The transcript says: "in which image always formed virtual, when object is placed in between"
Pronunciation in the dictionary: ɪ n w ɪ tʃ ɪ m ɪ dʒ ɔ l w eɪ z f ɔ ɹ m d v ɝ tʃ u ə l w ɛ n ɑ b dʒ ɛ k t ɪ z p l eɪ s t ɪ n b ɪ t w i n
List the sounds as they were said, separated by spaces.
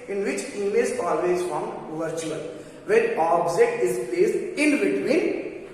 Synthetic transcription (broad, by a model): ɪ n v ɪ tʃ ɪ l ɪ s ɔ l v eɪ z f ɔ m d v ɝ tʃ u ə l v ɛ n ɑ b dʒ ɛ k t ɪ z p l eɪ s ɪ n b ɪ t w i n